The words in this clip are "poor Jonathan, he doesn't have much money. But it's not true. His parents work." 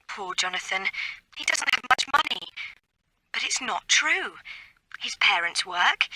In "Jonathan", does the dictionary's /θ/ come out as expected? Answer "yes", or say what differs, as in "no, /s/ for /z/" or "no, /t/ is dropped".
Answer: yes